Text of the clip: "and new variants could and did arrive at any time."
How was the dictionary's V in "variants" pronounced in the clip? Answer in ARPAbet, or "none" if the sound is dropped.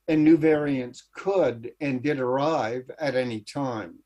V